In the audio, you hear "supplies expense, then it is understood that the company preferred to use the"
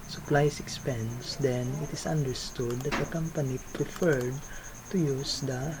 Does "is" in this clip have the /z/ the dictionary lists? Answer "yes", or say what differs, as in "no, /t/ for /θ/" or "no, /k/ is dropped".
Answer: no, /s/ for /z/